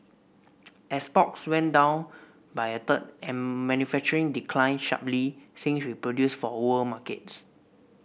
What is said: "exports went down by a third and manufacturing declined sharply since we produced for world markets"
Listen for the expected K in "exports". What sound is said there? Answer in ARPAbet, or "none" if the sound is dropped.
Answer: none